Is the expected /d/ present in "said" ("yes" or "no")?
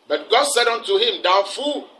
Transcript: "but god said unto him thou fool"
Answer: yes